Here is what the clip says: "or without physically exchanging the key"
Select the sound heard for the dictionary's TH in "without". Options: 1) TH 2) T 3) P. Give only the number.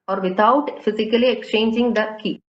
2